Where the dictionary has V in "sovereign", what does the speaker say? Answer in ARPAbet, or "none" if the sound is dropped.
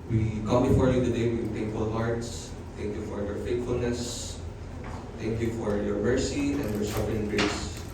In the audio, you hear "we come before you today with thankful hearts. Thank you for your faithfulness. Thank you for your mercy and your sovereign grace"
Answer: F